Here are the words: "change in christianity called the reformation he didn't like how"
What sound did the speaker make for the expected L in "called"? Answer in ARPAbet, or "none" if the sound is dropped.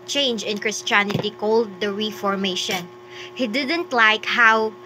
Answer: L